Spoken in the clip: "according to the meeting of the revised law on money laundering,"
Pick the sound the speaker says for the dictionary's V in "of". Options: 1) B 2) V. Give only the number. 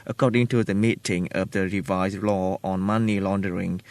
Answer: 2